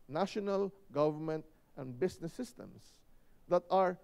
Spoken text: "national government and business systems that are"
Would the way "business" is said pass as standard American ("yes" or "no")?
no